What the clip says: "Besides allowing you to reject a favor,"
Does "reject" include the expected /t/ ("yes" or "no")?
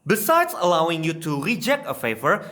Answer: yes